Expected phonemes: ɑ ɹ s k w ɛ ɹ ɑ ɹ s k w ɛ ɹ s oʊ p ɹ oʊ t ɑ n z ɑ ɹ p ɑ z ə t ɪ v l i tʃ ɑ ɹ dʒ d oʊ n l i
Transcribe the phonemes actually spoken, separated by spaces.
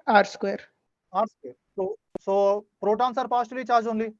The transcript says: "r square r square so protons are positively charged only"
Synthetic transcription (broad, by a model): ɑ ɹ s k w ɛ ɹ ɑ ɹ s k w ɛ ɹ s oʊ p ɹ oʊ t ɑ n s ɑ ɹ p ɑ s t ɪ l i tʃ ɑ ɹ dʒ oʊ n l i